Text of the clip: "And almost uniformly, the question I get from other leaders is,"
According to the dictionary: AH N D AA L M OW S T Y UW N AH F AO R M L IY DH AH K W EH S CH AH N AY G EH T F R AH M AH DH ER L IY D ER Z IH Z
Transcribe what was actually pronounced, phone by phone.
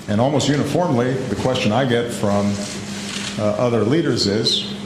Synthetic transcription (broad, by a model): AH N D AA L M OW S T Y UW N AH F AO R M L IY DH AH K W EH S CH AH N AY G EH T F R AH M AH DH ER L IY D ER Z IH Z